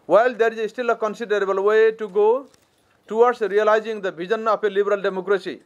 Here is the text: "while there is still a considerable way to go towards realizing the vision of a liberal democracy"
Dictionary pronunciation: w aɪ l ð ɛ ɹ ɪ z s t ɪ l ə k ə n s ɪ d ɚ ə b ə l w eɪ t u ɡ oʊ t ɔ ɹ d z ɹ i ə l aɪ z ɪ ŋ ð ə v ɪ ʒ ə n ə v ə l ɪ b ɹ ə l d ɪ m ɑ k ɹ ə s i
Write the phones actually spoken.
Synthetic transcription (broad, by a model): w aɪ l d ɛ ɹ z s t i l ə k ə n s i d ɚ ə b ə l w eɪ t u ɡ oʊ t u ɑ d s ɹ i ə l aɪ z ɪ ŋ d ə b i z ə n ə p ə l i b ɹ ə l d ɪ m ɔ k ɹ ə s i